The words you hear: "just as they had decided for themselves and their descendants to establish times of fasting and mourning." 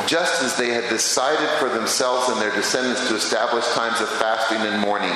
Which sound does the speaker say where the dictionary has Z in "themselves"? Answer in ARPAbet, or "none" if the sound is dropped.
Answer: Z